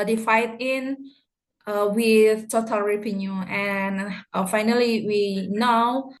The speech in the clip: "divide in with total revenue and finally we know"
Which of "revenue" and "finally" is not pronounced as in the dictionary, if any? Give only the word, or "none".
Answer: revenue